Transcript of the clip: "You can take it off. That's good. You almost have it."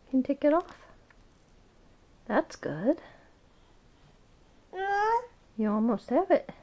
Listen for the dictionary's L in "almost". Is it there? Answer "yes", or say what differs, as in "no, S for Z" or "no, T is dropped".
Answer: no, L is dropped